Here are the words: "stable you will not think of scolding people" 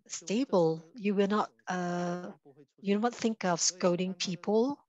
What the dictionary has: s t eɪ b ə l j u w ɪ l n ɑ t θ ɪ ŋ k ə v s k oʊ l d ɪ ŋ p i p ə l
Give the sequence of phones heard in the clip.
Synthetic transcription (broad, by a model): s t eɪ b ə l j u w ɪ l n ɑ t θ ɪ ŋ k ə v s k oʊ d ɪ ŋ p i p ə l